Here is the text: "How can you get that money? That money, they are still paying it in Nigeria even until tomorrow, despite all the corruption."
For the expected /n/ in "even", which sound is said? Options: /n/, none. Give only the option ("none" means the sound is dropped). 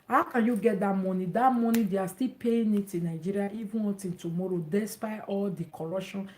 none